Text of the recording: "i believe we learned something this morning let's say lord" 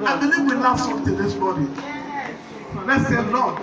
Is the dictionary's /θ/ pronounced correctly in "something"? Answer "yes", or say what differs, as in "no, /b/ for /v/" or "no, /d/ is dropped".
no, /t/ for /θ/